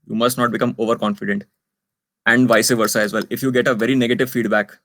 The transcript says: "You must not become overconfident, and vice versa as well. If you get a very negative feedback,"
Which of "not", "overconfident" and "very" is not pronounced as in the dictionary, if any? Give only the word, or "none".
none